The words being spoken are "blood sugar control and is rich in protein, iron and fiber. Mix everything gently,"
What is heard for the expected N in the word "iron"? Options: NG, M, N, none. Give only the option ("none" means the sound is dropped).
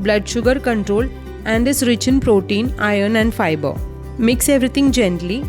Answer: N